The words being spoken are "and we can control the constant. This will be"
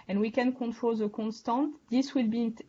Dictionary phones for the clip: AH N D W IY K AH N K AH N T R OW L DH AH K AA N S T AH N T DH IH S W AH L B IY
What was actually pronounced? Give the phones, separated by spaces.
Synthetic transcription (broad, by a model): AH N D W IY K AH N K AH N T R OW L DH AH K AA N S T AH N T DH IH S W AH L B IY